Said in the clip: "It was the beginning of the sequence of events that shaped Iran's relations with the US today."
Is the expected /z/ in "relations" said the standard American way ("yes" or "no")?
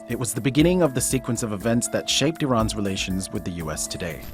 yes